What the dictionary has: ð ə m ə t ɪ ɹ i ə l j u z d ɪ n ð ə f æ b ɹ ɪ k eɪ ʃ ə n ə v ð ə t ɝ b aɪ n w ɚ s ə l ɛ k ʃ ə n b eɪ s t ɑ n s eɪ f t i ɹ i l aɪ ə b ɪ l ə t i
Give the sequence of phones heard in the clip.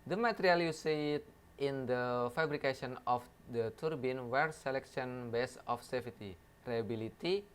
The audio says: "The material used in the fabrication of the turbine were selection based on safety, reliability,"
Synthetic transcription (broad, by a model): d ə m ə t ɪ ɹ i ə l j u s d ɪ n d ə f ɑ b ɹ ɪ k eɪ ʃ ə n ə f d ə t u b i n w ɚ s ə l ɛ k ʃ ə n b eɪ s ɑ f s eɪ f t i ɹ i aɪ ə b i l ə t i